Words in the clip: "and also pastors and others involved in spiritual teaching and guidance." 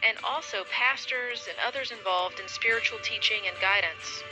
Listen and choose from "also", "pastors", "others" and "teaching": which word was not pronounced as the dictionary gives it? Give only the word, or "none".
none